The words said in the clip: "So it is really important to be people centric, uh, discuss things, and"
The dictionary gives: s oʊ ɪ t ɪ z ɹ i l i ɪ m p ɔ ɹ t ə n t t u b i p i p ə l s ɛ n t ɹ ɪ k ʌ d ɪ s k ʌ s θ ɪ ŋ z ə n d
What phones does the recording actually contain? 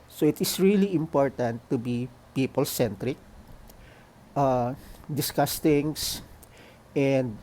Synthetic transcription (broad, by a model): s oʊ ɪ t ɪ s ɹ i l i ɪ m p ɔ ɹ t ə n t t u b i p i p ə l s ɛ n t ɹ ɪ k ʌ d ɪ s k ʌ s t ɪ ŋ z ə n d